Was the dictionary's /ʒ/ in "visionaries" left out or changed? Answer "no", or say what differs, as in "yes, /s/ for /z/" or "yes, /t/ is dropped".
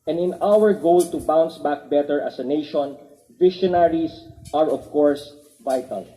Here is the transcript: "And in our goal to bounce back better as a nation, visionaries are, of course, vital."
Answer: yes, /ʃ/ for /ʒ/